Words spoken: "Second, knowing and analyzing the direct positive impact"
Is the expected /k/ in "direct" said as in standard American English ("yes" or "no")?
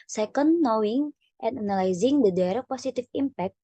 no